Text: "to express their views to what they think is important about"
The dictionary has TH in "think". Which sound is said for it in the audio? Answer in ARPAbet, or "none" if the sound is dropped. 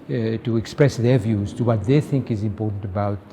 TH